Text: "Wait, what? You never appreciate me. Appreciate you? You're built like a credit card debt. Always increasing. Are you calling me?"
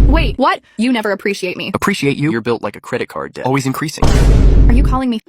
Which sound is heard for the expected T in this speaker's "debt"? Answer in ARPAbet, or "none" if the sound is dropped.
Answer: none